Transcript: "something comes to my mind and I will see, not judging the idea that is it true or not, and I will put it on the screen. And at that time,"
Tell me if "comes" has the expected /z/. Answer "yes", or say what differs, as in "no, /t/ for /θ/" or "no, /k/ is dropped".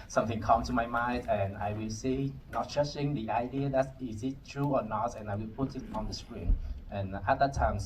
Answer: no, /z/ is dropped